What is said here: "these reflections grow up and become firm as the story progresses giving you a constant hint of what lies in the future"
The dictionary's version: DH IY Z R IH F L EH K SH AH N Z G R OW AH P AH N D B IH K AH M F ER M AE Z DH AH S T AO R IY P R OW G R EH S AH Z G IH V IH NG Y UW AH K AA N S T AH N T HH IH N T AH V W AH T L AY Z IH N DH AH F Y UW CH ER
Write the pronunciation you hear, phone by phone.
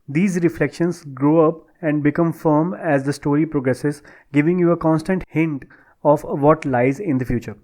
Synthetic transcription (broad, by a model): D IY Z R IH F L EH K SH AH N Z G R OW AH P AH N D B IH K AH M F ER M AE Z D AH S T AO R IY P R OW G R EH S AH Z G IH V IH NG Y UW AH K AA N S T AH N T HH IH N T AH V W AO T L AY Z IH N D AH F Y UW CH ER